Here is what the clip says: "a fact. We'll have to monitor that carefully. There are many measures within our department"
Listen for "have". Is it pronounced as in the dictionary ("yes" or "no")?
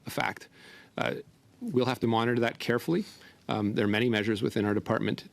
no